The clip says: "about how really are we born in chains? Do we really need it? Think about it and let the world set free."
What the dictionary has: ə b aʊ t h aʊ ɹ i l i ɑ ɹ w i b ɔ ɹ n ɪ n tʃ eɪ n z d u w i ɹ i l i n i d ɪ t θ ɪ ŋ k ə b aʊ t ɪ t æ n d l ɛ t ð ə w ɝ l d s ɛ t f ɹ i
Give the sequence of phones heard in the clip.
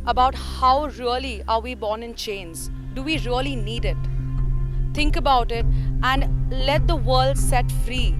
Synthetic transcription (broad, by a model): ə b aʊ t h aʊ ɹ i l i ɑ ɹ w i b ɔ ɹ n ɪ n tʃ eɪ n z d u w i ɹ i l i n i d ɪ t t ɪ ŋ k ə b aʊ t ɪ t æ n d l ɛ t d ə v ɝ l d s ɛ t f ɹ i